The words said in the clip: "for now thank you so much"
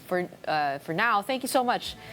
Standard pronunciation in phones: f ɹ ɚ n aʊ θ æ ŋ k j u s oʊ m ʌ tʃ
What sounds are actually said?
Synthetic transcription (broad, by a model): f ɹ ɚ n aʊ θ æ ŋ k j u s oʊ m ʌ tʃ